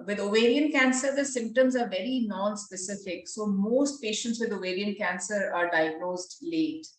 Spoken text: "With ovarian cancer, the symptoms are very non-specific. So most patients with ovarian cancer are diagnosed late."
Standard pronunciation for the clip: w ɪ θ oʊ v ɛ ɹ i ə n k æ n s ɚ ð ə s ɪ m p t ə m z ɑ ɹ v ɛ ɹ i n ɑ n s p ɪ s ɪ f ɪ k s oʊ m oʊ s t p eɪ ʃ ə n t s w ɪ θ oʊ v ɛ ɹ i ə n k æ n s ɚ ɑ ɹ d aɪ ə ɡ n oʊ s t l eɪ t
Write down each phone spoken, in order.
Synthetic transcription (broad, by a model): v ɪ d oʊ v ɛ ɹ i ə n k æ n s ɚ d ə s ɪ m p t ə m z ɑ ɹ v ɛ ɹ i n ɑ n s p ɪ s ɪ f ɪ k s oʊ m oʊ s t p eɪ ʃ ə n t s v ɪ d oʊ v ɛ ɹ i ə n k æ n s ɚ ɑ ɹ d aɪ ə ɡ n oʊ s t l eɪ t